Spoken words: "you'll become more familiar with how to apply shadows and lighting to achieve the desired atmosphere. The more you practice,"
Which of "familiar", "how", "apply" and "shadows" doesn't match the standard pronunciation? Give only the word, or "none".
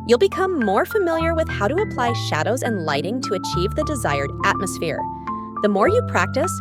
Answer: none